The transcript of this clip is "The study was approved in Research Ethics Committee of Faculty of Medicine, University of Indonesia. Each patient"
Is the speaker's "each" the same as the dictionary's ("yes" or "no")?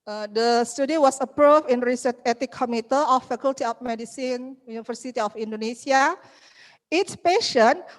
no